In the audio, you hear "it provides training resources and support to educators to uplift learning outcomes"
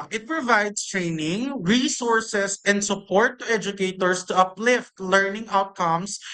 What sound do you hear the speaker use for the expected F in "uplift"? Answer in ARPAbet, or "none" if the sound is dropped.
F